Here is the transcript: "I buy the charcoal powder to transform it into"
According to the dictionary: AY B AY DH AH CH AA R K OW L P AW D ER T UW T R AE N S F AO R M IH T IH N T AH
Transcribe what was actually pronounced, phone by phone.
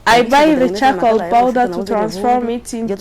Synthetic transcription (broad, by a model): AY B AY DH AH CH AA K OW L B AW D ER T UW T R AE N S F AO R M IH T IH N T